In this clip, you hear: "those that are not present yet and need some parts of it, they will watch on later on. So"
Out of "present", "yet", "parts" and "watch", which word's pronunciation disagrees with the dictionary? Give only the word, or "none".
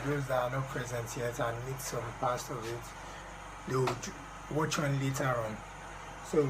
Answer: parts